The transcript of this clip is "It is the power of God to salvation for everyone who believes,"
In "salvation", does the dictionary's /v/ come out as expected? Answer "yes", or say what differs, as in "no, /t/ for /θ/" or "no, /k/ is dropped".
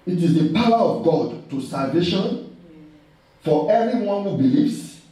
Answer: yes